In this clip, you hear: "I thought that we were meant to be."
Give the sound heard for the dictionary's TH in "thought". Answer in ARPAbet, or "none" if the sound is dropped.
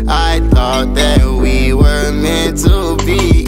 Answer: TH